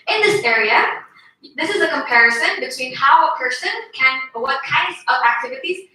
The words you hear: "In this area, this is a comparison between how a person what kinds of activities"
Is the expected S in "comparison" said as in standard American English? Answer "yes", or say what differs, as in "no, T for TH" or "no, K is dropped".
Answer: yes